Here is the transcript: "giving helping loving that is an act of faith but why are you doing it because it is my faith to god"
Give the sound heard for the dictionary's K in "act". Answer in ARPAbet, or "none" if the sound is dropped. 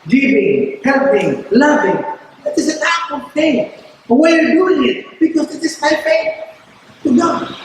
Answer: none